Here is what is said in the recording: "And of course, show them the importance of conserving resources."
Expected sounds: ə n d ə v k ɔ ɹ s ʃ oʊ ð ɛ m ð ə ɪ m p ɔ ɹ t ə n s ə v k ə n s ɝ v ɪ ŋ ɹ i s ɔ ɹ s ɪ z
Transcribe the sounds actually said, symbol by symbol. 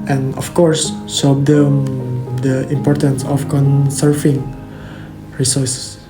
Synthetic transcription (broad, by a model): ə n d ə f k ɔ ɹ s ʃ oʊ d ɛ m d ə ɪ m p ɔ ɹ t ə n s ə f k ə n s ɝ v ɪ ŋ ɹ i s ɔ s s